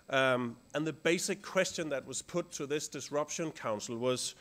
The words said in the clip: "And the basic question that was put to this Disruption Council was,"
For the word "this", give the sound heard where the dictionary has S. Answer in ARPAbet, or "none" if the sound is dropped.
S